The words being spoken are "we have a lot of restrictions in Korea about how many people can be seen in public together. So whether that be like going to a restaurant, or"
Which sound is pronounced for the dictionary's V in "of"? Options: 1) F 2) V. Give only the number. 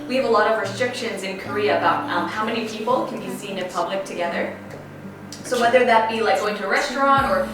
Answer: 2